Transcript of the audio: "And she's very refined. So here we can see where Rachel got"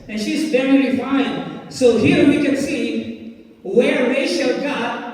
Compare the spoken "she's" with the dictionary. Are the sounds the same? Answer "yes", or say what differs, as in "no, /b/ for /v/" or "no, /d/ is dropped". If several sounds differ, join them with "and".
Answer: yes